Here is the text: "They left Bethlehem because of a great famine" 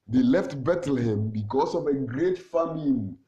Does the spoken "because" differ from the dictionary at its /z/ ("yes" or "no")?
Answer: yes